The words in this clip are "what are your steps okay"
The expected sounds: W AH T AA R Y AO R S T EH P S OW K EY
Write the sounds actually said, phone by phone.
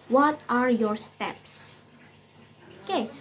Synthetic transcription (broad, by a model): W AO T AA R Y AO R S T EH P S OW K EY